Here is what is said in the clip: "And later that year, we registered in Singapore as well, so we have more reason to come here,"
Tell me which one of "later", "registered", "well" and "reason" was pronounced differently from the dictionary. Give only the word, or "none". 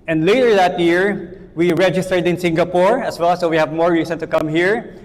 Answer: reason